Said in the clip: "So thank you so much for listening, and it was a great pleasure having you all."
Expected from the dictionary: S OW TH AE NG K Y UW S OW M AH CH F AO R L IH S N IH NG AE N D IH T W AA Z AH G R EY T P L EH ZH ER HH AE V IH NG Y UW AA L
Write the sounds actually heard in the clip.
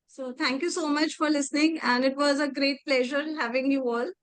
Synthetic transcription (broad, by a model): S OW T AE NG K Y UW S OW M AH CH F AO R L IH S N IH NG AE N D IH T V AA Z AH G R EY T P L EH ZH ER HH AE V IH NG Y UW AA L